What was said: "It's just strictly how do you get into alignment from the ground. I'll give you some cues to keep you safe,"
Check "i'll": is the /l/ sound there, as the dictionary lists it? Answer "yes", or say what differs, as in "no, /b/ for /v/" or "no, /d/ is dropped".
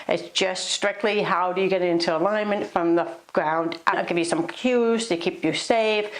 no, /n/ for /l/